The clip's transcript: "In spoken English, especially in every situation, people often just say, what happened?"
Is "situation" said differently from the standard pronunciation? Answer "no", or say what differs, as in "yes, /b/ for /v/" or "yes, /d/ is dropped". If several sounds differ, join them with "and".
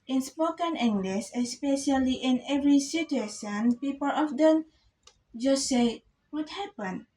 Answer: yes, /s/ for /ʃ/